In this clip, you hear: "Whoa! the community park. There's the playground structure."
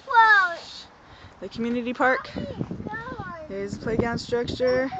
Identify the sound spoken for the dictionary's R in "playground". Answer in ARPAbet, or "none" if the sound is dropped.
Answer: none